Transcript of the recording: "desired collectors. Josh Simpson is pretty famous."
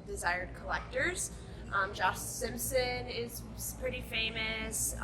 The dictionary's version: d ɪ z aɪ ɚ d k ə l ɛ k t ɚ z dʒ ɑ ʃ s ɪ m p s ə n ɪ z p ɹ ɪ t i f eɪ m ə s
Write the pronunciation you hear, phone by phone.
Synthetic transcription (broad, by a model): d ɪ z aɪ ɚ d k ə l ɛ k t ɚ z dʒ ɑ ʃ s ɪ m p s ə n ɪ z p ɹ ɪ t i f eɪ m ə s